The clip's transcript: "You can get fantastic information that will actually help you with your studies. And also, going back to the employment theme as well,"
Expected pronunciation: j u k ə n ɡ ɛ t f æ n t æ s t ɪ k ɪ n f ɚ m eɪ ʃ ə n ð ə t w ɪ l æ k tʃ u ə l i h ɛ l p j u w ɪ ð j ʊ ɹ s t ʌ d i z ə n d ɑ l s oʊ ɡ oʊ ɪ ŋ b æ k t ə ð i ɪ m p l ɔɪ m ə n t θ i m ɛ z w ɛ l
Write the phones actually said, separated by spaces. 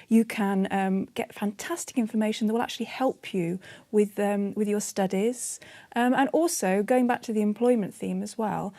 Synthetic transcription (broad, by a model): j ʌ k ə n ɡ ɛ t f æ n t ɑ s t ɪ k ɪ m f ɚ m eɪ ʃ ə n ð ə t w ɪ l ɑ k tʃ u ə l i h ɛ l p j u w ɪ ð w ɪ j s t ʌ d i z ə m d ɑ l s oʊ ɡ oʊ ɪ ŋ b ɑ k t ə ð i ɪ m p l ɔɪ m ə n θ i m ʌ z w ɛ l